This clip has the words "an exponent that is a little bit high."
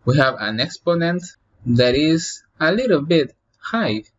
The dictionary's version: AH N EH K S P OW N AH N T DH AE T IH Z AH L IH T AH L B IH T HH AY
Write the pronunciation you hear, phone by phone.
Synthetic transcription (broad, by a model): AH N EH K S P OW N AH N T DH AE T IH Z AH L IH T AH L B IH T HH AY